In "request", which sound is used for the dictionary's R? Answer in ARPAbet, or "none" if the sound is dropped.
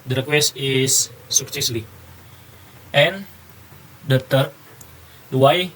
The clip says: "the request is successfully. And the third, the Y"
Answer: R